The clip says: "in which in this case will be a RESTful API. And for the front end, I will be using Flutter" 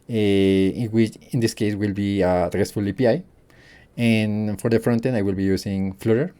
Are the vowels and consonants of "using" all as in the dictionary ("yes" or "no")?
no